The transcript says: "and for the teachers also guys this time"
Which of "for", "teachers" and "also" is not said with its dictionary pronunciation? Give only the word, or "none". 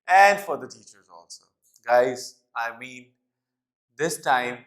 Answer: none